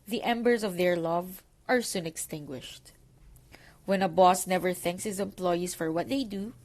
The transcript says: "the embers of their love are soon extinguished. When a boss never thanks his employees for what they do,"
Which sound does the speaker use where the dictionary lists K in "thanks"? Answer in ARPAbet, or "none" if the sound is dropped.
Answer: K